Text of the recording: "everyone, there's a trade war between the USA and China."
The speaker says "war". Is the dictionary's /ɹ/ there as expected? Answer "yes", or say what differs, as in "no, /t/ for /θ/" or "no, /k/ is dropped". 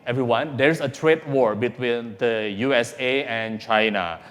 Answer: yes